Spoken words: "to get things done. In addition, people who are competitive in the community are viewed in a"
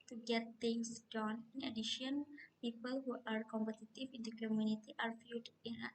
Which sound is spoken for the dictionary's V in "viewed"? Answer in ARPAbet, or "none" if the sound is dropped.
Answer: F